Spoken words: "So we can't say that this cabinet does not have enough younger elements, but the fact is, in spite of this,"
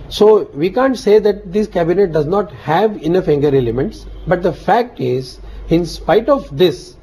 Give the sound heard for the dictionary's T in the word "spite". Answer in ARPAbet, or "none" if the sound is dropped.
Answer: T